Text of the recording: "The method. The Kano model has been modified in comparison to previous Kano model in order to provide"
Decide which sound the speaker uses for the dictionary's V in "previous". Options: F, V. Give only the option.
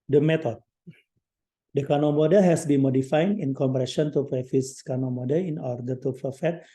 F